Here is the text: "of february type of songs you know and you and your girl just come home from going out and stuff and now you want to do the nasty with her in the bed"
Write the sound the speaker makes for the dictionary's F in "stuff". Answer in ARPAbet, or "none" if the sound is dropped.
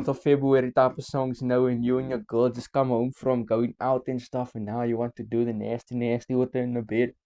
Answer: F